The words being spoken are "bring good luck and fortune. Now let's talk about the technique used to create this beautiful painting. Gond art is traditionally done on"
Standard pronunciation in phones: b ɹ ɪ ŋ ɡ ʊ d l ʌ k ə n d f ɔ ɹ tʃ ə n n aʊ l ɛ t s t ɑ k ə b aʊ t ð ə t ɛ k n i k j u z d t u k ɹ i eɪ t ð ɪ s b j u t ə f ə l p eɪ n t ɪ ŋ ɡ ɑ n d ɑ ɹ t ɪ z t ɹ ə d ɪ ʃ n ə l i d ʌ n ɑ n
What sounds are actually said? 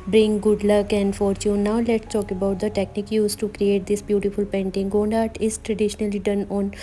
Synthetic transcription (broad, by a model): b ɹ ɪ ŋ ɡ ʊ d l ʌ k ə n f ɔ ɹ tʃ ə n n aʊ l ɛ t s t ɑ k ə b aʊ t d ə t ɛ k n i k j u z t u k ɹ i eɪ t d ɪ s b j u t ə f ə l p eɪ n t ɪ ŋ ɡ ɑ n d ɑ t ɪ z t ɹ ə d ɪ ʃ n ə l i d ʌ n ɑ n